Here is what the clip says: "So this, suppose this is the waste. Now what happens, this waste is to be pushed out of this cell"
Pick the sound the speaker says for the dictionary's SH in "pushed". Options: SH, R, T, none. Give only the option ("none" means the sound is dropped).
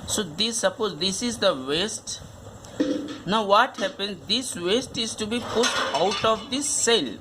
none